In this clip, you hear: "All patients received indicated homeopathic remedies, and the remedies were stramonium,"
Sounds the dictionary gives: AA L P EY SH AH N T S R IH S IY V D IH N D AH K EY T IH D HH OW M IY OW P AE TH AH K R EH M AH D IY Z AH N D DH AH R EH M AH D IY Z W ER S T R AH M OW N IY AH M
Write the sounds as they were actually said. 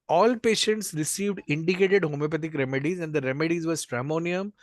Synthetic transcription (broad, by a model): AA L P EY SH AH N T S R IH S IY V D IH N D AH K EY T IH D HH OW M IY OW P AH T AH K R EH M AH D IY Z AH N D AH R EH M AH D IY Z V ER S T R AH M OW N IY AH M